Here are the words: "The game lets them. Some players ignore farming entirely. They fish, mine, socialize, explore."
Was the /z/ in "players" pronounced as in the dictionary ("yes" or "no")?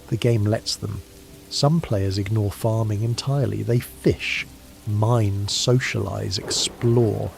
yes